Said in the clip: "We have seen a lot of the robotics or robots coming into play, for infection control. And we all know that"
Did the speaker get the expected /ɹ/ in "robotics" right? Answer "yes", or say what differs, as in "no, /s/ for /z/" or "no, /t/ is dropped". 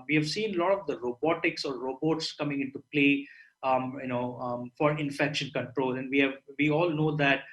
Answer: yes